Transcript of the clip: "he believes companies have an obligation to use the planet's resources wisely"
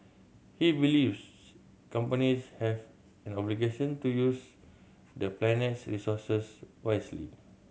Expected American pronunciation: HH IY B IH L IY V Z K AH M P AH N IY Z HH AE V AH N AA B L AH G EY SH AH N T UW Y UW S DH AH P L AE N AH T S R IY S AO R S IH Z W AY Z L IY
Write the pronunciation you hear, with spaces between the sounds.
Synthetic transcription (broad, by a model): HH IY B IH L IY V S K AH M P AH N IY S HH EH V AH N AA B L AH G EY SH AH N T UW Y UW S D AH P L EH N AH T S R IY S AO S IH S W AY S L IY